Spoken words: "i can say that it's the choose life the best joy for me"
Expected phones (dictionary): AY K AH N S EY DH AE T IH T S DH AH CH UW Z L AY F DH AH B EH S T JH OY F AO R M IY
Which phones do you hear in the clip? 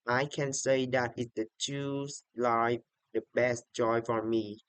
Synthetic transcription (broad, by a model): AY K AH N S EY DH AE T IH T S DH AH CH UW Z L AY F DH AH B EH S T JH OY F AO R M IY